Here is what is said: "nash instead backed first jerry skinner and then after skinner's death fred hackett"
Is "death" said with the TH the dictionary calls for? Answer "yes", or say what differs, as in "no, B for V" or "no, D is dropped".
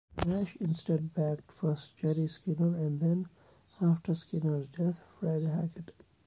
no, T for TH